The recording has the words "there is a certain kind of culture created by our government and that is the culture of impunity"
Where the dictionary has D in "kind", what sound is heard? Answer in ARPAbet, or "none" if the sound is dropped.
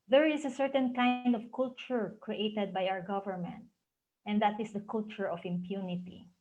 D